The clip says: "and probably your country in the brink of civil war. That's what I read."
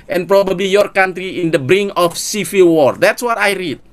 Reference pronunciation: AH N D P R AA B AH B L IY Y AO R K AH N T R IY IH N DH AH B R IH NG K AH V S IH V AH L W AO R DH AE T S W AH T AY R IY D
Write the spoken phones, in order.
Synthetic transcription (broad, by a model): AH N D P R AA B AH B L IY Y AO R K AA N T R IY IH N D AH B R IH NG AH F S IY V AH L W AO R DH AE T S W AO T AY R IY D